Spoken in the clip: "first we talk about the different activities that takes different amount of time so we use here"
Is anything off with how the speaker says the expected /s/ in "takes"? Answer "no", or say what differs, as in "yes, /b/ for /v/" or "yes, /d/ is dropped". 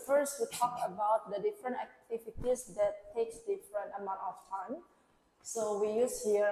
no